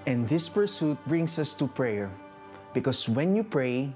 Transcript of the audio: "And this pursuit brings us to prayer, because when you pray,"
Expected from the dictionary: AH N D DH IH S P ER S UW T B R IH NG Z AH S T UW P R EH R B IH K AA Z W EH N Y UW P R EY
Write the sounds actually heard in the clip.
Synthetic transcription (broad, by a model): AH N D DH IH S P ER S UW T B R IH NG S AH S T UW P R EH R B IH K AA S W EH N Y UW P R EY